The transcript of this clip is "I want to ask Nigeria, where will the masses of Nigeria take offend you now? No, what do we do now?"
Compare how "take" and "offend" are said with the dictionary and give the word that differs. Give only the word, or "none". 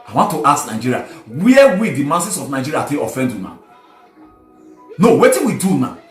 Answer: take